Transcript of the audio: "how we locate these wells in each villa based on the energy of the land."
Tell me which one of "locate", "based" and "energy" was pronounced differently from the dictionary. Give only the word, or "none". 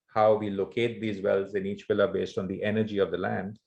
none